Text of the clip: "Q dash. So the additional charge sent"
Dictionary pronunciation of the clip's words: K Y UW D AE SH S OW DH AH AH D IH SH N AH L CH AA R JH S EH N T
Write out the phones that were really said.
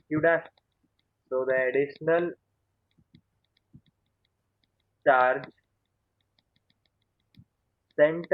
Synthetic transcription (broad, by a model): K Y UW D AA S S OW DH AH AH D IH SH N AH L CH AA R JH S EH N T